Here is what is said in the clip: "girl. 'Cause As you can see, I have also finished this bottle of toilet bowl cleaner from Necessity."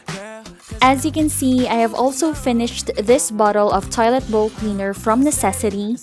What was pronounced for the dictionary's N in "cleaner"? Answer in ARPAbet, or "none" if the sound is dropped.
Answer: N